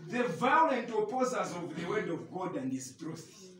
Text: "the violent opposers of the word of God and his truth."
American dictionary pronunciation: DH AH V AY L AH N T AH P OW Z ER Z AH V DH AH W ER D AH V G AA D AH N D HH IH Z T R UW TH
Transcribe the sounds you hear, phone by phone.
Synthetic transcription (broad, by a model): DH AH V AY L AH N T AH P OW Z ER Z AH V DH AH W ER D AH V G AA D AH N D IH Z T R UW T